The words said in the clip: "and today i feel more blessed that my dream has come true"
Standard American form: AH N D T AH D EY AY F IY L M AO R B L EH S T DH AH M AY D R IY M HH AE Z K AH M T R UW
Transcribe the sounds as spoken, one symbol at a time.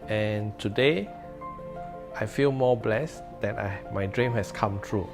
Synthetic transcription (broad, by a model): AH N T AH D EY AY F IY L M AO B L EH S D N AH M AY D R IY M HH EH S K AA M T R UW